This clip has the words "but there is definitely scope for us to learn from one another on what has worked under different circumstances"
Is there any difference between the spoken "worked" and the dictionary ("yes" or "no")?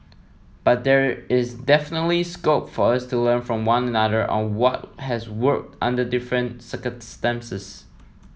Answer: no